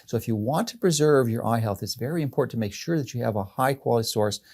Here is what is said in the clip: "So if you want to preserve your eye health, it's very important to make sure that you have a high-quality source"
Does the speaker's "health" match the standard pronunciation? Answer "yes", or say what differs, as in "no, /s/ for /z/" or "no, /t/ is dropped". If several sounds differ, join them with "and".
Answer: yes